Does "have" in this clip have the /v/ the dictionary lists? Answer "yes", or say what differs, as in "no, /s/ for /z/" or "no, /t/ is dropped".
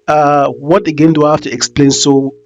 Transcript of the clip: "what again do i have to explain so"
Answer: no, /f/ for /v/